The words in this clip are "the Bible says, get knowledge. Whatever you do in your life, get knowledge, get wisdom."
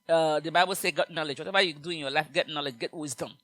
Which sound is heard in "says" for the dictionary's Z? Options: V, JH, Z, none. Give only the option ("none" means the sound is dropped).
none